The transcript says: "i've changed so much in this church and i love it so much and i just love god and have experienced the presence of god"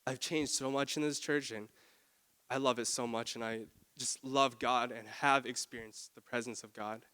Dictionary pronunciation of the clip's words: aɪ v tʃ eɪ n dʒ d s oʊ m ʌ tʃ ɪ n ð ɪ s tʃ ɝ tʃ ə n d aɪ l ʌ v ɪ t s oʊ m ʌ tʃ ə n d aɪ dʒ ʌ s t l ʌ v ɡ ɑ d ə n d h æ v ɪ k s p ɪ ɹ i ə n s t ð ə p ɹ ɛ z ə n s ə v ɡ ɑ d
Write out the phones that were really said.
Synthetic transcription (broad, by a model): aɪ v tʃ eɪ n dʒ d s oʊ m ʌ tʃ ɪ n ð ɪ s tʃ ɝ tʃ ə n aɪ l ʌ v ɪ t s oʊ m ʌ tʃ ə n aɪ dʒ ʌ s t l ʌ v ɡ ɑ d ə n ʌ v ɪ k s p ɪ ɹ i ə n s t ð ə p ɹ ɛ z ə n s ə v ɡ ɑ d